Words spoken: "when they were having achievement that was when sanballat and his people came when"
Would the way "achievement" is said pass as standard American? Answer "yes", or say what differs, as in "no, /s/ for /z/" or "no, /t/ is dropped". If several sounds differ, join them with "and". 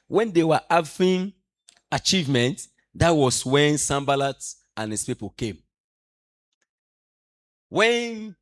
yes